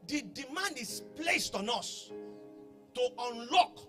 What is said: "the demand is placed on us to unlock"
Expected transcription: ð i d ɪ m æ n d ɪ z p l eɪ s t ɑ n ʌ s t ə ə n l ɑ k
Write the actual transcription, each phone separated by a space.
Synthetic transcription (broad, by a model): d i d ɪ m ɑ n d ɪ s p l eɪ s t ɑ n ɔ s t ə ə n l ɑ k